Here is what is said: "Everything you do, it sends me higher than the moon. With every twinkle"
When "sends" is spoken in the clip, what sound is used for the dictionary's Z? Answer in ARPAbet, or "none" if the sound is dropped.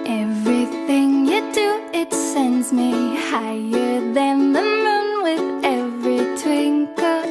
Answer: Z